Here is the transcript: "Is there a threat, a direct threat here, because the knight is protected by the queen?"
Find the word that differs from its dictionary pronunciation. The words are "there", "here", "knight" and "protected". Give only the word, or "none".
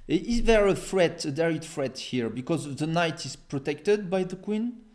none